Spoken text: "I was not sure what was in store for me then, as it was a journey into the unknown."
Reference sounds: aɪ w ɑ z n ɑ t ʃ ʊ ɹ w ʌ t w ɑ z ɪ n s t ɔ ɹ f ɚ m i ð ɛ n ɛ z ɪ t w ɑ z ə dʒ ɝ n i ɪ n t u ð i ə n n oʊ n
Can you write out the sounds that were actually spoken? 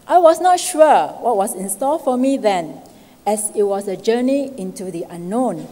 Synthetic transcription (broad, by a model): aɪ w ɑ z n ɑ t ʃ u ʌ w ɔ t w ɑ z ɪ n s t ɔ l f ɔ m i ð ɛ n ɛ s ɪ t w ɑ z ə dʒ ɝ n i ɪ n t u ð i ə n n oʊ n